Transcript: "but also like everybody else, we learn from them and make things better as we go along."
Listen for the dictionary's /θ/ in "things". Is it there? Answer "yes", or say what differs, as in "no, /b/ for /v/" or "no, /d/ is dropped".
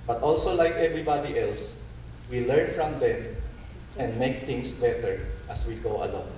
no, /t/ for /θ/